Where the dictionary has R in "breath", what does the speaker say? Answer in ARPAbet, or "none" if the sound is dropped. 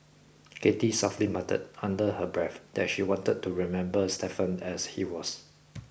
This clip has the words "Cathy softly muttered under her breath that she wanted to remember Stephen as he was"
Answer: R